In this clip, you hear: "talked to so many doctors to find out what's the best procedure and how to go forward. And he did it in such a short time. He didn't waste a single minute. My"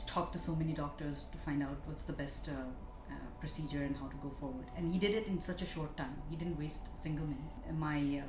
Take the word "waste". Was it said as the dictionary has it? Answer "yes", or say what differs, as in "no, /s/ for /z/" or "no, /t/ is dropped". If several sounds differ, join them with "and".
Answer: yes